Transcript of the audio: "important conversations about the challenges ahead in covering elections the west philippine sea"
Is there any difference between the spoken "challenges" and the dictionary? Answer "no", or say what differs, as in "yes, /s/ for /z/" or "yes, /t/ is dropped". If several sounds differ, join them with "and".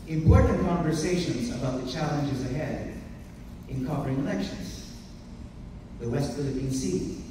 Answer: no